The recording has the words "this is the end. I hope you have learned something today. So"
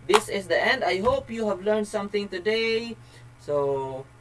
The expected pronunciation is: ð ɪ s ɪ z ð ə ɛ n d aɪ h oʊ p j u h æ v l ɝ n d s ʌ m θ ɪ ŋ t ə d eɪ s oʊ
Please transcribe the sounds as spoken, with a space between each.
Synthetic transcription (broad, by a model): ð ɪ s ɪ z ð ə ɛ n d aɪ h oʊ p j u h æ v l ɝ n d s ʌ m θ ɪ ŋ t ə d eɪ s oʊ